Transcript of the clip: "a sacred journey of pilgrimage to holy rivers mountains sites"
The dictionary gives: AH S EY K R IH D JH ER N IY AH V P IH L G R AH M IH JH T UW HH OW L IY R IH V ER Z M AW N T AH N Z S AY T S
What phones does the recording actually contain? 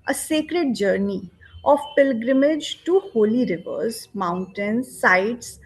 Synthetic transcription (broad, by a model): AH S EY K R IH D JH ER N IY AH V P IH L G R AH M IH JH T UW HH OW L IY R IH V ER Z M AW N T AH N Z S AY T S